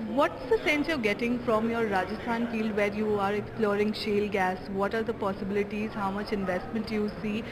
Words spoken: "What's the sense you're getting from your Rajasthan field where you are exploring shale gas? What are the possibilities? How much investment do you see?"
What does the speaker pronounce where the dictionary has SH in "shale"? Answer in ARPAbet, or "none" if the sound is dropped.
SH